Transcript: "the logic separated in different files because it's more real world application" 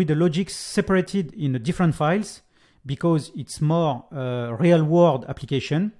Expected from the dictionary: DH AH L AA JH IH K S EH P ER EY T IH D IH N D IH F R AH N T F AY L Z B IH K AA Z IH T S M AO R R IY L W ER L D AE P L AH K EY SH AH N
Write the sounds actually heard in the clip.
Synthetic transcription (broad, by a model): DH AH L AA JH IH K S EH P ER EY T IH D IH N D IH F R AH N T F AY L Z B IH K AA Z IH T S M AO R R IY L W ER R D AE P L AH K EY SH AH N